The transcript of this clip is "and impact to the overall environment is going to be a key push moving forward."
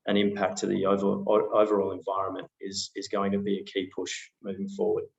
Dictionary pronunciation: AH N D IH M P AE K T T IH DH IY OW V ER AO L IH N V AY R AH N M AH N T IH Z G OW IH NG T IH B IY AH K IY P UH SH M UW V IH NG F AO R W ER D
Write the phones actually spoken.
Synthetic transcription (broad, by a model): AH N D IH M P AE K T T IH DH IY OW V ER AO L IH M V AY R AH N M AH N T IH Z G OW IH NG T IH B IY AH K IY P UH SH M UW V IH NG F AO R W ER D